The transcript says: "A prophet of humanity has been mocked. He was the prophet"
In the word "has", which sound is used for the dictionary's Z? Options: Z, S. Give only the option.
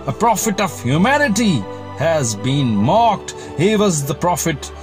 Z